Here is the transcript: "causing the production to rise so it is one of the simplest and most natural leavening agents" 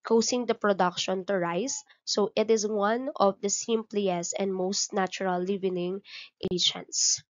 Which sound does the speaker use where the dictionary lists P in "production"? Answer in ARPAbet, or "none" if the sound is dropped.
P